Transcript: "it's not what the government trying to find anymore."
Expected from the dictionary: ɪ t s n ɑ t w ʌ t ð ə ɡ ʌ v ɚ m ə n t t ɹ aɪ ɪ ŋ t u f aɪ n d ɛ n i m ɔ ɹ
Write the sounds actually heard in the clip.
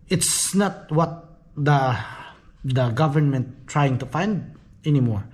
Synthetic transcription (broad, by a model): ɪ t s n ɑ t w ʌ t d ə ɡ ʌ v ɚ m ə n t t ɹ aɪ ɪ ŋ t u f aɪ n d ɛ n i m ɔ ɹ